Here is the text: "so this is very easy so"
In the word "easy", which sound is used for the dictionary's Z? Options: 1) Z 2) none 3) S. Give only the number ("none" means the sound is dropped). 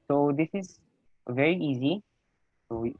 1